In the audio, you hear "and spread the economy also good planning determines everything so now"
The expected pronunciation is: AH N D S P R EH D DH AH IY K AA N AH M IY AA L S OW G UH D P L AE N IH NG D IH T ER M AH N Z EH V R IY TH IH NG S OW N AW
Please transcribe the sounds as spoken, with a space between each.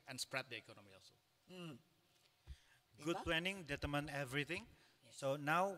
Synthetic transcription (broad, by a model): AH N S P R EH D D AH IY K AA N AH M IY AA L S OW G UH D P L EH N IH NG D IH T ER M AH N EH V R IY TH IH NG S OW N AW